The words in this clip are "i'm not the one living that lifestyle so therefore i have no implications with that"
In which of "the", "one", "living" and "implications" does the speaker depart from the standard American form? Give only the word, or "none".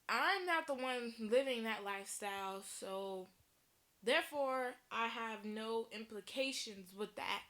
none